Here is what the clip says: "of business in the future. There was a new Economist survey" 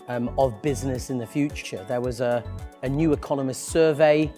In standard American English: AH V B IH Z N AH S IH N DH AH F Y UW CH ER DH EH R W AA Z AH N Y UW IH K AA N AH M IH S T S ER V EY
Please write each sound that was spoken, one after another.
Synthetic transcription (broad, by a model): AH V B IH Z N AH S IH N DH AH F Y UW CH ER DH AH W AA Z AH N Y UW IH K AA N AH M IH S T S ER V EY